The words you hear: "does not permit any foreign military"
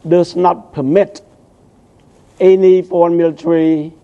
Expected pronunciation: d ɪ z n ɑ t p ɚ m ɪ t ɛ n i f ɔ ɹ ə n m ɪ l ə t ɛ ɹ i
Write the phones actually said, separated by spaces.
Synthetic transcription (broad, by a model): d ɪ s n ɑ t p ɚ m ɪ t ɛ n i p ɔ ə n m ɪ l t ɹ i